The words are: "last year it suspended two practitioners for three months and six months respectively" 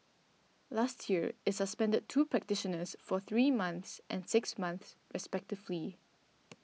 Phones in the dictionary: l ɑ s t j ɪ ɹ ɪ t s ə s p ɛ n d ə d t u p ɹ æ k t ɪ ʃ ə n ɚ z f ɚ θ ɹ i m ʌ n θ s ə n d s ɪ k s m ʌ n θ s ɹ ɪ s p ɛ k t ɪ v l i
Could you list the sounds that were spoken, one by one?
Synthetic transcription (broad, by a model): l ɑ s t j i ɹ ɪ t s ə s p ɛ n d ə d t u p ɹ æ k t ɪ ʃ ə n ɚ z f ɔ θ ɹ i m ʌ n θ s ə n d s ɪ k s m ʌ n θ s ɹ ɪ s p ɛ k t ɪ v l i